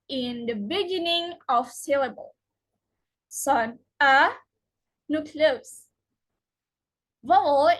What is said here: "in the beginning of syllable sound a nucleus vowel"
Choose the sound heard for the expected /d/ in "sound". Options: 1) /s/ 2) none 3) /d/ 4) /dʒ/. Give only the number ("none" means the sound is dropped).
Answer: 2